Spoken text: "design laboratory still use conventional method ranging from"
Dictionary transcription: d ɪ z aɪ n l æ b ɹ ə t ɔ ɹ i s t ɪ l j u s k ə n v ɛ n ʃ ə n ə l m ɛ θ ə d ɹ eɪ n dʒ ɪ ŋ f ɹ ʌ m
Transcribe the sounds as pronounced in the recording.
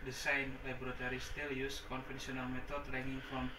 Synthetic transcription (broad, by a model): d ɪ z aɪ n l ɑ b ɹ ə t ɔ ɹ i s t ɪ l j u s k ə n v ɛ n s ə n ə l m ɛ t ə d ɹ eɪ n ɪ ŋ f ɹ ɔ m